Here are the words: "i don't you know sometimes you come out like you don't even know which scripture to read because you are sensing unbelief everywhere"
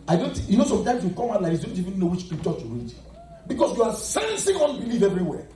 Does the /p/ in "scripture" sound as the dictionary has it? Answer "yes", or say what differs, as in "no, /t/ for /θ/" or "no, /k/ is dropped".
no, /p/ is dropped